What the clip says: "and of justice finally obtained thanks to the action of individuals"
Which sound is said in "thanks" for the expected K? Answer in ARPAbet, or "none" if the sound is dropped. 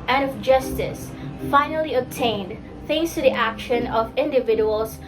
none